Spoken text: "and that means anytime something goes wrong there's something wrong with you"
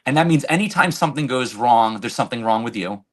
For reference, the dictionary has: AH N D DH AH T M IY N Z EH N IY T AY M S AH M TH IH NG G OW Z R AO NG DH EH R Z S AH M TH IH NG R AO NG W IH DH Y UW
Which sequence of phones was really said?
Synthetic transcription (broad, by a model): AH N DH AH T M IY N Z EH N IY T AY M S AH M TH IH NG G OW Z R AO NG DH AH R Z S AH M TH IH NG R AO NG W IH DH Y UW